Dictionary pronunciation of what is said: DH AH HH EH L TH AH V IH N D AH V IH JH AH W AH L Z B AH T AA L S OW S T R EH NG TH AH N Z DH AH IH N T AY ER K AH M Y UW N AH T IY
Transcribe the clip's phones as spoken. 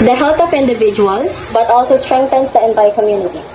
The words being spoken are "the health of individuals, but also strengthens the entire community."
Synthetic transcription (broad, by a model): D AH HH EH L T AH F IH N D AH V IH JH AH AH L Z B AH T AA L S OW S T R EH NG T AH N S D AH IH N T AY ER K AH M Y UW N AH T IY